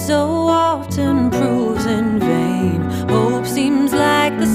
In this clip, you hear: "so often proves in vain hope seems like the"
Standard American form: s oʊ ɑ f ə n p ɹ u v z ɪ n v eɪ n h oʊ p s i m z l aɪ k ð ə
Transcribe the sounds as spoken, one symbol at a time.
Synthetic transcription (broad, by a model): s oʊ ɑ ə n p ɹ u z ɪ n v eɪ n h oʊ p s i m z l aɪ k ð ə